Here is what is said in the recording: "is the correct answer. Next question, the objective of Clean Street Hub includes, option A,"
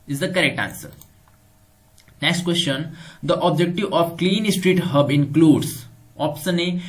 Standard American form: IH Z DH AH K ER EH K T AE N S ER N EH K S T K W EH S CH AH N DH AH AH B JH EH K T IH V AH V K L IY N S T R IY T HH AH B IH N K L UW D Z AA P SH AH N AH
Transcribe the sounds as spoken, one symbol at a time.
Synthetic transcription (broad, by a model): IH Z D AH K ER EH K T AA N S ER N EH K S T K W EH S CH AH N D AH AH B JH EH K T IH V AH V K L IY N S T R IY T HH AH B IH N K L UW D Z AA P S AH N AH